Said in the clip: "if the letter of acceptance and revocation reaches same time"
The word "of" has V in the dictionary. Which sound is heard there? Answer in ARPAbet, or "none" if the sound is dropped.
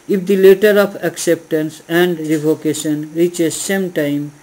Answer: P